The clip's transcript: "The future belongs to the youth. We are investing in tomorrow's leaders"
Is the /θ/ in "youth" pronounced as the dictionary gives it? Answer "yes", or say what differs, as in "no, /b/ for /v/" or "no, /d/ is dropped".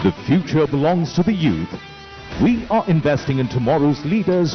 yes